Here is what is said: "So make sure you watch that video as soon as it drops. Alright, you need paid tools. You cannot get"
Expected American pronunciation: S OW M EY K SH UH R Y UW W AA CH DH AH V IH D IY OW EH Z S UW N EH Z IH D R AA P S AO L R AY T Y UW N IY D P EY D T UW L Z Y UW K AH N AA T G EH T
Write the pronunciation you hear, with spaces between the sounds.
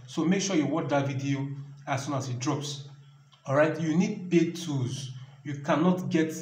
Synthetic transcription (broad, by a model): S OW M EY K SH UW Y UW W AA CH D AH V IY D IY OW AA S UW N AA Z IH D R AA P S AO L R AY T Y UW N IY D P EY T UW Z Y UW K AH N AA T G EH T